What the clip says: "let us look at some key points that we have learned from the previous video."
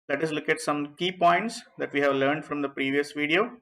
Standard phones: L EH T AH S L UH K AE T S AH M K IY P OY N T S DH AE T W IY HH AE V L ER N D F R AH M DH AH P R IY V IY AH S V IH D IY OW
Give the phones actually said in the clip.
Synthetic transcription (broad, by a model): L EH T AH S L UH K AE T S AH M K IY P OY N T S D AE T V IY HH AE V L ER N D F R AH M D AH P R IY V IY AH S V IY D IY OW